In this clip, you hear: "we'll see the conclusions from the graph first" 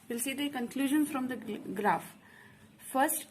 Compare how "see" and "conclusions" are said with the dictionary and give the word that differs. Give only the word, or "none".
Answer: conclusions